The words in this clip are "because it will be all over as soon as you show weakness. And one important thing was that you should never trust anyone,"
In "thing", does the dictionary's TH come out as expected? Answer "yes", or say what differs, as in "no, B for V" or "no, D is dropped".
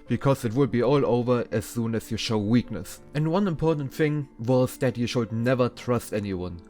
yes